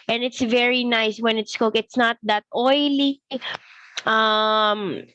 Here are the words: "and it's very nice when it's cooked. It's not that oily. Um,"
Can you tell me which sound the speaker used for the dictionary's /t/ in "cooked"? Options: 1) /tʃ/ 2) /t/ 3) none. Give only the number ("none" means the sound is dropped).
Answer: 3